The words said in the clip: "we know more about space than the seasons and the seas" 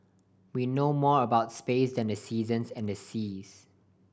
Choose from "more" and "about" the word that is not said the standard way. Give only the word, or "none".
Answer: none